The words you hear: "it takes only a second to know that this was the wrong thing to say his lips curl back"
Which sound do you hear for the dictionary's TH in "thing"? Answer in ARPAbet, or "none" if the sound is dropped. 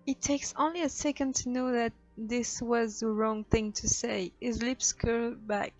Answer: TH